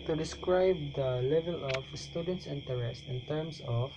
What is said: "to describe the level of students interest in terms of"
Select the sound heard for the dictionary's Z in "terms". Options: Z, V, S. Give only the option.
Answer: S